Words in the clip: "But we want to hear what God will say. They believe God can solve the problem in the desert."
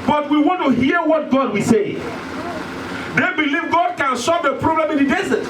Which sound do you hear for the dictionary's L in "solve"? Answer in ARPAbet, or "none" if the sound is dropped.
none